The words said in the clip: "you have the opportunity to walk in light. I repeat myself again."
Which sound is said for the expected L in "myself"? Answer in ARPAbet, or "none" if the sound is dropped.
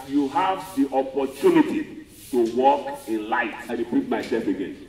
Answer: none